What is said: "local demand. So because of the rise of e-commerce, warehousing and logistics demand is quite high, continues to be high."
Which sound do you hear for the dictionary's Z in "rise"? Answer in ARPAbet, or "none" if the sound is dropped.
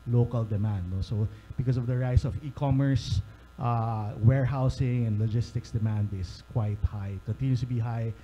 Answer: S